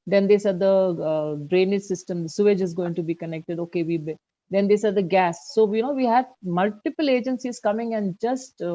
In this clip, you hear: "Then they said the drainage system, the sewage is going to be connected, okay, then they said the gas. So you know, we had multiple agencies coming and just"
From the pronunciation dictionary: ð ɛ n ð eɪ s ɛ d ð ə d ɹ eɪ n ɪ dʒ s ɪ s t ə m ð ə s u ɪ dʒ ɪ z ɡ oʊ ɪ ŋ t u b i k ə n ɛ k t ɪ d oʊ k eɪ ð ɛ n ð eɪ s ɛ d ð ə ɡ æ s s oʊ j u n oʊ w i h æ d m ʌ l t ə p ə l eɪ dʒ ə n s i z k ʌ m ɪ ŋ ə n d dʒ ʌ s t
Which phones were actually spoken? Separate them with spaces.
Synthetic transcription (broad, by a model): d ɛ n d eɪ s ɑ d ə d ɹ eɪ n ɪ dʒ s ɪ s t ə m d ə s u ɪ dʒ ɪ z ɡ oʊ ɪ ŋ t u b i k ə n ɛ k t ɪ d oʊ k eɪ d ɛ n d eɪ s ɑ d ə ɡ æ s s oʊ j u n oʊ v i h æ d m ʌ l t ə p ə l eɪ dʒ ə n s i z k ʌ m ɪ ŋ ə n d dʒ ʌ s t